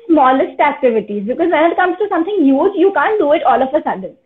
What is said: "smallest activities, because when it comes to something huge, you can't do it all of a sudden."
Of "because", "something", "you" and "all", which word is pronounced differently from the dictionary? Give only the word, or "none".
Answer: something